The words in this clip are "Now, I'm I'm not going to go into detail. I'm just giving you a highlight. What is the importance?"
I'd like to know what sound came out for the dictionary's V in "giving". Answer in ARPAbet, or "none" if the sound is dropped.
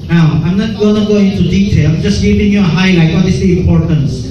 P